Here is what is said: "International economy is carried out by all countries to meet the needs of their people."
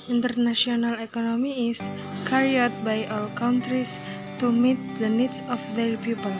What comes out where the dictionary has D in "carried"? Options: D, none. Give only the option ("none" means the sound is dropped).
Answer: none